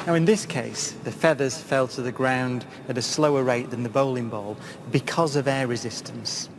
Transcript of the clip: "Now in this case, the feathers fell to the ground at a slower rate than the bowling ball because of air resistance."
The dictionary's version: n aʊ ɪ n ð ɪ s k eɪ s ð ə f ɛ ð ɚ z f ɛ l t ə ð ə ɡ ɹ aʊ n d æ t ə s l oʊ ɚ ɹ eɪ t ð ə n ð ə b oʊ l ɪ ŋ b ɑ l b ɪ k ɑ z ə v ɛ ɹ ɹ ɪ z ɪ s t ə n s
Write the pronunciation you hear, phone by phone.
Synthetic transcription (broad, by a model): n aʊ ɪ n ð ɪ s k eɪ s ð ə f ɛ ð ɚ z f ɛ l t ə ð ə ɡ ɹ aʊ n d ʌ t ə s l oʊ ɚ ɹ eɪ t ð ə n ð ə b oʊ l ɪ ŋ b ɑ l b ɪ k ɑ z ə v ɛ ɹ ɹ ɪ z ɪ s t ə n s